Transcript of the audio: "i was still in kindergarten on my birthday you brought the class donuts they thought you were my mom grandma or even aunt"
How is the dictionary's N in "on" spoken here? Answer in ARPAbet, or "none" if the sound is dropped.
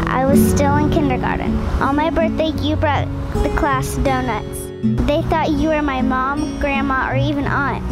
L